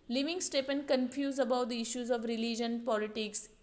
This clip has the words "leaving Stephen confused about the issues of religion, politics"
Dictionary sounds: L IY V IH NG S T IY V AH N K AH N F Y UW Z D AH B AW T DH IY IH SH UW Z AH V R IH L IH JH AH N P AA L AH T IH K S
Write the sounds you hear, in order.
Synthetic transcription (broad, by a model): L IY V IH NG S T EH P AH N K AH N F Y UW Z AH B AW T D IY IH SH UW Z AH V R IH L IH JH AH N P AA L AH T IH K S